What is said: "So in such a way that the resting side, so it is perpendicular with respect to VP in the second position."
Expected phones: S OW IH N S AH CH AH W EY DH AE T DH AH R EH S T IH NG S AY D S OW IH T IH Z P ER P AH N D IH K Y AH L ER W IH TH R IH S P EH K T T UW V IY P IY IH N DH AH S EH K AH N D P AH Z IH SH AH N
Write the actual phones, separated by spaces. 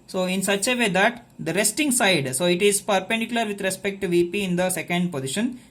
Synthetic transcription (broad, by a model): S OW IH N S AH CH AH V EY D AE T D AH R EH S T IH NG S AY D S OW IH T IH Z P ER P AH N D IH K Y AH L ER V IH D R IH S P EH K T T UW V IY P IY IH N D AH S EH K AH N D P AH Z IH SH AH N